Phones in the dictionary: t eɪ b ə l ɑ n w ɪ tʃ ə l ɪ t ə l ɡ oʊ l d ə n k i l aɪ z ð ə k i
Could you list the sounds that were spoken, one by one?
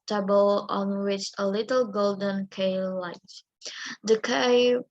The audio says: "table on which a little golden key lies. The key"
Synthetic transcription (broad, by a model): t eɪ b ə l ɑ n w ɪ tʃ ə l ɪ t ə l ɡ oʊ l d ə n k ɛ l aɪ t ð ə k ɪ